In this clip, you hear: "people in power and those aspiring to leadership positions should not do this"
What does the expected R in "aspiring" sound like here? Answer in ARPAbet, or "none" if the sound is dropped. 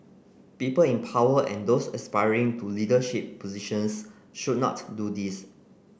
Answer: R